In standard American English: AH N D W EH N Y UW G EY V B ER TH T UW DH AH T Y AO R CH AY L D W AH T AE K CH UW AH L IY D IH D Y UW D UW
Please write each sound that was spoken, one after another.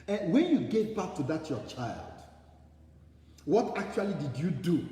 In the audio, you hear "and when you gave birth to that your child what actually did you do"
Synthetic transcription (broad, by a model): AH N W EH N Y UW G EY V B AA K T UW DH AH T Y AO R CH AY L D W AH T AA K CH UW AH L IY D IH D Y UW D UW